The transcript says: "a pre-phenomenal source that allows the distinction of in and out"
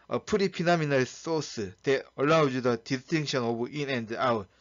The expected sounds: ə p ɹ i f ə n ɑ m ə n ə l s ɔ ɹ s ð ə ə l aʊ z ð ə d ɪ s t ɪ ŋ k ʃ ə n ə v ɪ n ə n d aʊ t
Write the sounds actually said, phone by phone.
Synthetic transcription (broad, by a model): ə p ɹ i p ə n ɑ m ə n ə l s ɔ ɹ s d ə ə l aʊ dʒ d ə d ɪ s t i ŋ k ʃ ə n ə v ɪ n ə n d aʊ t